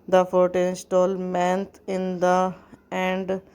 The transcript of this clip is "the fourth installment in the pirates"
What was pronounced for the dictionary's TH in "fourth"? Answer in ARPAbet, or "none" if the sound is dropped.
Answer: T